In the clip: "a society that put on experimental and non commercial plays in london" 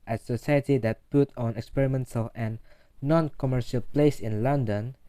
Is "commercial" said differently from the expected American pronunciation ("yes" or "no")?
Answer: no